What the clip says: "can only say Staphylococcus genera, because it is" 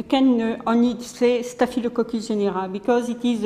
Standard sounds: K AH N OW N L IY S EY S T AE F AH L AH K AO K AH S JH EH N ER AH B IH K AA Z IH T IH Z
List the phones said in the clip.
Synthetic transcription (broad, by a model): K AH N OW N IY S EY S T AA F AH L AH K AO K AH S ZH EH N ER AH B IH K AA Z IH T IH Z